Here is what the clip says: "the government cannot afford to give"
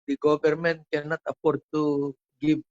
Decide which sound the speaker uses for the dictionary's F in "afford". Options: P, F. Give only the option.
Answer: P